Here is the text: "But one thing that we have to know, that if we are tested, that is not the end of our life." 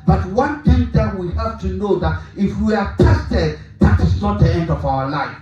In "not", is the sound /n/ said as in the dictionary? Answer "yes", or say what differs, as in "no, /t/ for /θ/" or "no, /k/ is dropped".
yes